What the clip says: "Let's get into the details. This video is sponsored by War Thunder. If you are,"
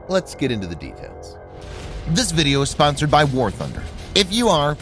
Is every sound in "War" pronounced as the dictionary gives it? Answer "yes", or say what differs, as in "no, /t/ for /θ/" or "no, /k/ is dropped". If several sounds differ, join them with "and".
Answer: yes